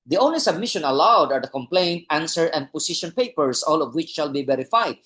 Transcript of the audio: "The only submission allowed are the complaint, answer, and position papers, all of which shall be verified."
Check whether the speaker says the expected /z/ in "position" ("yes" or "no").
no